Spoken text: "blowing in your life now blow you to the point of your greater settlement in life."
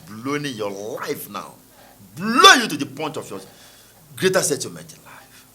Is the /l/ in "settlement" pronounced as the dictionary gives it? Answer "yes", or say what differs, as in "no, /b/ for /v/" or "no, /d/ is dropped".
no, /l/ is dropped